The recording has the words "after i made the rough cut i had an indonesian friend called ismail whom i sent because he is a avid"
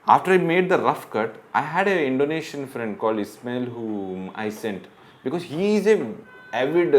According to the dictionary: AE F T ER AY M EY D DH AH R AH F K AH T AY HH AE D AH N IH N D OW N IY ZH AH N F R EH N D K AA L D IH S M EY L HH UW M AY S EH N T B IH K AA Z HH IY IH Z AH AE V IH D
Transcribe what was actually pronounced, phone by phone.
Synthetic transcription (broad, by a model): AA F T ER AY M EY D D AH R AH F K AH T AY HH AE D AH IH N D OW N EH SH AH N F R EH N D K AA L D IH S M EY L HH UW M AY S EH N T B IH K AA Z HH IY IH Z AH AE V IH D